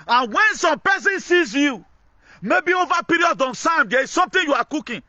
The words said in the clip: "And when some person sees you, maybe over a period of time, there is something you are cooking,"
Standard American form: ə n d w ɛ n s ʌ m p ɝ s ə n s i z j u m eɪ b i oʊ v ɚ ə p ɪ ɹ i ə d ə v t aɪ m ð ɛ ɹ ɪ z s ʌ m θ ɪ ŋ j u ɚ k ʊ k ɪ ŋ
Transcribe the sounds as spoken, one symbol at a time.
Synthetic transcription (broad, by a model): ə n w ɛ n s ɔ m p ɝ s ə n s i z j u m eɪ b i oʊ v ə p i ɹ i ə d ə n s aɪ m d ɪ s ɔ m t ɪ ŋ j u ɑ k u k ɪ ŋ